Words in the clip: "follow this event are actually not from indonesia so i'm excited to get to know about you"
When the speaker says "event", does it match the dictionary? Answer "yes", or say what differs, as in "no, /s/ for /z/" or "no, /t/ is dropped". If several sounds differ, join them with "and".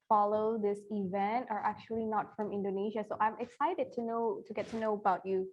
yes